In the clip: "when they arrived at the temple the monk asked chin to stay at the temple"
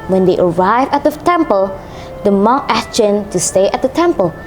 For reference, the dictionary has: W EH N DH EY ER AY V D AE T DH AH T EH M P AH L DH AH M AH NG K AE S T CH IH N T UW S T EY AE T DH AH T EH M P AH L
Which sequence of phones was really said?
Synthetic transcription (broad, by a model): W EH N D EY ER AY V AE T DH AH T EH M P AH L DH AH M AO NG AE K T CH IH N T UW S T EY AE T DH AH T EH M P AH L